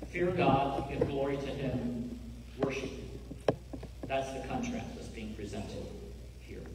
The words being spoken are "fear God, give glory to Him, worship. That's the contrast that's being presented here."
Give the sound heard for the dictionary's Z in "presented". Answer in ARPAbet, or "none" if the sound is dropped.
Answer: Z